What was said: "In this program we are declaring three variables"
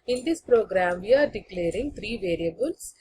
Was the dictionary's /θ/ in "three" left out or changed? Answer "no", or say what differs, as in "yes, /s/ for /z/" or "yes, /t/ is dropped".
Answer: yes, /t/ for /θ/